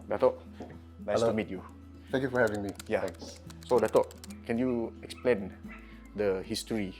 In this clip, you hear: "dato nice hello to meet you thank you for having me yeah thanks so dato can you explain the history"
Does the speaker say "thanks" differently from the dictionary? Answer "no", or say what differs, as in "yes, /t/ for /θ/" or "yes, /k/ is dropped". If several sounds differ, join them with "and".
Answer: yes, /k/ is dropped